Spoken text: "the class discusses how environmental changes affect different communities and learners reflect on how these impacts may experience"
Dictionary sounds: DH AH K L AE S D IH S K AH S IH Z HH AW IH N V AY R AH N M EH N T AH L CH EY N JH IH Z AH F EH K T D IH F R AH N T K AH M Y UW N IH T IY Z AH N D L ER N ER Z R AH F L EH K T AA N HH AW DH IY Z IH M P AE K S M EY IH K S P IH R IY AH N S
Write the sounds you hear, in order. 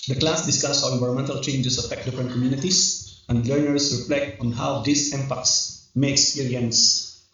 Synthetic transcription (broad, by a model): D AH K L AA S D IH S K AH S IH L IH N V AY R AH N M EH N T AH L CH EY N JH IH S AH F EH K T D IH F R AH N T K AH M Y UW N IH T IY S AH N D L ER N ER S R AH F L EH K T AA N HH AW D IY S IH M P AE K S M EY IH K S P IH R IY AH N S